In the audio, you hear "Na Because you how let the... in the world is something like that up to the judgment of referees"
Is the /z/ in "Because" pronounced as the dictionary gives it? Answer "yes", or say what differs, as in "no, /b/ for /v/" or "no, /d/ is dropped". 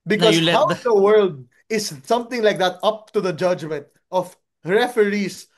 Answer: no, /z/ is dropped